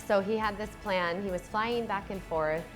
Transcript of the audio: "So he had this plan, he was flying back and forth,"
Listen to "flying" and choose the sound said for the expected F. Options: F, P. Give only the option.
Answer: F